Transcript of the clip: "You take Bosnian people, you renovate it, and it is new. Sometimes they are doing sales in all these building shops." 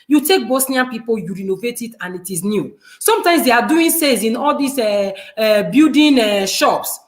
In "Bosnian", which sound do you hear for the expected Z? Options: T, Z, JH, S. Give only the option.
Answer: S